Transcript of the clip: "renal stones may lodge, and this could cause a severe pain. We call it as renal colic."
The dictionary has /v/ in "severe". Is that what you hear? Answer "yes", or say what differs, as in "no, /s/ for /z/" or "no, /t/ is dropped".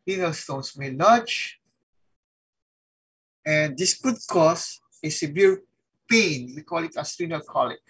no, /b/ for /v/